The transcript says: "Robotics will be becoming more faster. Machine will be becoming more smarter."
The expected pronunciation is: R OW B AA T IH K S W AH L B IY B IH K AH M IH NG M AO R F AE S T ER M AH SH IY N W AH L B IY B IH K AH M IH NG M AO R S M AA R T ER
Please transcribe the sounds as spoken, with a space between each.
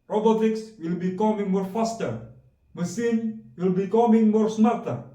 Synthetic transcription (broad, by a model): R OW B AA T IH K S W AH L B IY K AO M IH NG M AO R F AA S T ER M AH S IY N W AH L B IY K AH M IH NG M AO R S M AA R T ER